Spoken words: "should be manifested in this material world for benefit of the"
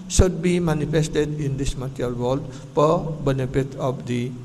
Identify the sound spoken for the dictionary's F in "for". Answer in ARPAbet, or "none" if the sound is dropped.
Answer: P